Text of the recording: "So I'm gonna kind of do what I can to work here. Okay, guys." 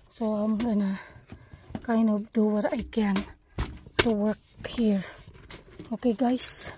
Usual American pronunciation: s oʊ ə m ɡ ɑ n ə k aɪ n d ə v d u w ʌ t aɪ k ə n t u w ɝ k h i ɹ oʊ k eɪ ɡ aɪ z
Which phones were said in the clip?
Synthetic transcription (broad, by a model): s oʊ ə m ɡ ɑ n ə k aɪ n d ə p d u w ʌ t aɪ k ə n t u w ɝ k h i ɹ oʊ k eɪ ɡ aɪ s